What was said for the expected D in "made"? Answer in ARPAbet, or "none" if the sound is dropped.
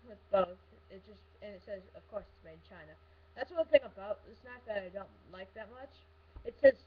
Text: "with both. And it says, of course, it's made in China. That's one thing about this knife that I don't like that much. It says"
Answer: none